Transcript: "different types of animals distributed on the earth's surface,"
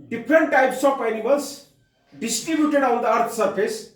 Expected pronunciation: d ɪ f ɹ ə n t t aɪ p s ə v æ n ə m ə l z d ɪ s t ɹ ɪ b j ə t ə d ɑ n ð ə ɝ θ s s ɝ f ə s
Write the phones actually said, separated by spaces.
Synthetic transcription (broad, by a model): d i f ɹ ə n t t aɪ p s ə p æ n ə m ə l s d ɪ s t ɹ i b j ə t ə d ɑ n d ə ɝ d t s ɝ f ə s